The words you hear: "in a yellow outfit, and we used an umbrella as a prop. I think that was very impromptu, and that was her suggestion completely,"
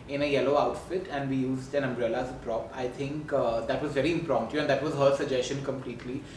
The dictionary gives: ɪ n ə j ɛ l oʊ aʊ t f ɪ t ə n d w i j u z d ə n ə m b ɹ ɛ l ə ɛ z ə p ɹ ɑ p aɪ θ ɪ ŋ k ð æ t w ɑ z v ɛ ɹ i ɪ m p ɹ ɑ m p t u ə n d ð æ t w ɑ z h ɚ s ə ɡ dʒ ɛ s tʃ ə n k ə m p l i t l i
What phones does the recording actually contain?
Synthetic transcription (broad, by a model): ɪ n ə j ɛ l oʊ aʊ t f ɪ t ə n d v i j u z d ə n ə m b ɹ ɛ l ə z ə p ɹ ɑ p aɪ t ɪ ŋ k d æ t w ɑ z v ɛ ɹ i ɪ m p ɹ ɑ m t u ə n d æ t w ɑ z h ɚ s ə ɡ dʒ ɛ s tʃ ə n k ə m p l i t l i